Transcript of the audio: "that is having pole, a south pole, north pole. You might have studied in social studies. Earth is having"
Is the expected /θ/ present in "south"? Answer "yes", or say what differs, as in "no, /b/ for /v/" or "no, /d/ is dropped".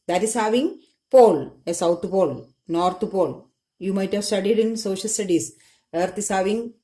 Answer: no, /t/ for /θ/